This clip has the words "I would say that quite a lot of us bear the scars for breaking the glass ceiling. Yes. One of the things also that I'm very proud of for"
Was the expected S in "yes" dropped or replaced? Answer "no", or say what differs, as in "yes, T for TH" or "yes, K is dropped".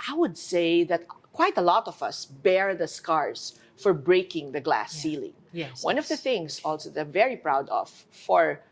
yes, S is dropped